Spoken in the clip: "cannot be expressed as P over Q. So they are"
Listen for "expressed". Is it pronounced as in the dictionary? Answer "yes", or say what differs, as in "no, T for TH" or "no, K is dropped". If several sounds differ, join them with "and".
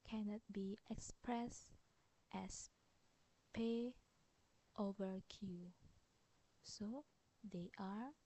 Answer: yes